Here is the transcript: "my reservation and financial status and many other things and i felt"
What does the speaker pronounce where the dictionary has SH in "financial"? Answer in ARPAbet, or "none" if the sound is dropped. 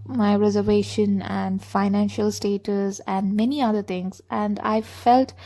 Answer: SH